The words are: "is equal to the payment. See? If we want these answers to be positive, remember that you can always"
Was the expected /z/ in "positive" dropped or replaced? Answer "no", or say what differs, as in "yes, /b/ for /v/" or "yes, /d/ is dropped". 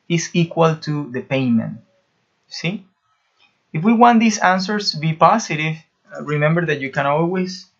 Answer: yes, /s/ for /z/